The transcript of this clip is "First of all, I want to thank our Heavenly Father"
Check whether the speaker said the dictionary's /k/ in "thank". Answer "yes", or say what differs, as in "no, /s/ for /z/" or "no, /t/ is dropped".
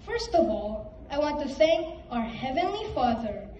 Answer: no, /k/ is dropped